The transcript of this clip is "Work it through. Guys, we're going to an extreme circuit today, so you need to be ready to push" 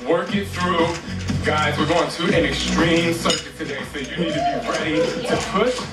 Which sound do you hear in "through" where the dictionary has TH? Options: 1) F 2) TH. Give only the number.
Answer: 2